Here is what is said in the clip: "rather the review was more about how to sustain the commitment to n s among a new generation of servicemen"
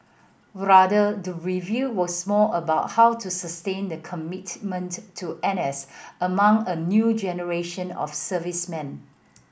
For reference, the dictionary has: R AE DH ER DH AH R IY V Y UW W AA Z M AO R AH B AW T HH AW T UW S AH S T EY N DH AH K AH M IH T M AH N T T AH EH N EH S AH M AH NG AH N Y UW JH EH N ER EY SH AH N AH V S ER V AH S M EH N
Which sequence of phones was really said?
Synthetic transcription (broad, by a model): R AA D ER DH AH R IY V Y UW W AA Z M AO L AH B AW T HH AW T UW S AH S T EY N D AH K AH M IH T M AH N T T EH N EH S AH M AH NG AH N Y UW JH EH N ER EY SH AH N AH F S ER V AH S M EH N